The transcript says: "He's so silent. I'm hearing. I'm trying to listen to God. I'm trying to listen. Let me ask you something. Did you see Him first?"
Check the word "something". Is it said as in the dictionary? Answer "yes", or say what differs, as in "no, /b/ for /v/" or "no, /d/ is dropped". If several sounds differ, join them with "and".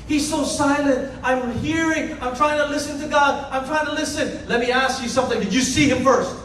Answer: yes